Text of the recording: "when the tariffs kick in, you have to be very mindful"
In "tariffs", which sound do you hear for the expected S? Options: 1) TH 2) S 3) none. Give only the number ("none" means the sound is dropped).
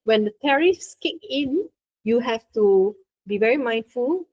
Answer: 2